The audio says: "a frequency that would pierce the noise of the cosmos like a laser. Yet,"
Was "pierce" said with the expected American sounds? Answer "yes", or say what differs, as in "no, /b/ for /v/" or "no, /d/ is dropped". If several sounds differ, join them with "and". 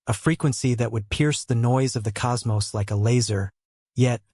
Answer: yes